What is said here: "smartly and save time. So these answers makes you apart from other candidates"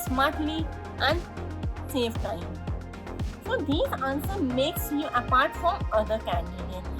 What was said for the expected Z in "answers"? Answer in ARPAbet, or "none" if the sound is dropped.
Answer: none